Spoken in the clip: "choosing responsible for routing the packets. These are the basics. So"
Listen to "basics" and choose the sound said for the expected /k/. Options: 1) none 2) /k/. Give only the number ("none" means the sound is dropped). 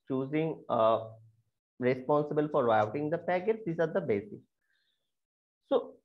1